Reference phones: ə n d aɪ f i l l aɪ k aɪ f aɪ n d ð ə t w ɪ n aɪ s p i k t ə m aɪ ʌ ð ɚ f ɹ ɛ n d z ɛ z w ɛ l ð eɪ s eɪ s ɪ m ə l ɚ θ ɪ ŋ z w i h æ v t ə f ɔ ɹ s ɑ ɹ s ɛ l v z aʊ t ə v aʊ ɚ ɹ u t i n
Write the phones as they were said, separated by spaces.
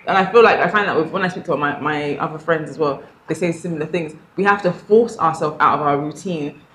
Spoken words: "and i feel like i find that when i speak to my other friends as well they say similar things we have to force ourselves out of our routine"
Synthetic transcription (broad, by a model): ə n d aɪ f i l l aɪ k aɪ f aɪ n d ð ə t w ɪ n aɪ s p i k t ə m aɪ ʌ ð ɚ f ɹ ɛ n d z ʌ z w ɛ l ð eɪ s eɪ s ɪ m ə l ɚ θ ɪ ŋ z w i h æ f t ə f ɔ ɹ s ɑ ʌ s ɛ l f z aʊ t ə v aʊ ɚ ɹ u t i n